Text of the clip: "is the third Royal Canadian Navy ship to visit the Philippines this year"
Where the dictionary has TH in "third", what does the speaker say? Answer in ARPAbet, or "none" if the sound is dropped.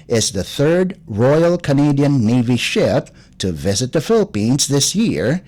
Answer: TH